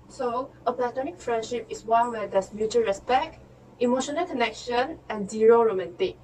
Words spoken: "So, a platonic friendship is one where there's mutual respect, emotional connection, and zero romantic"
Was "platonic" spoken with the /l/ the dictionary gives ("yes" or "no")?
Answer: yes